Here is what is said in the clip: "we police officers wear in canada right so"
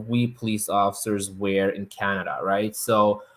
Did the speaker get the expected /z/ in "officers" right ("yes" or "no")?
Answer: yes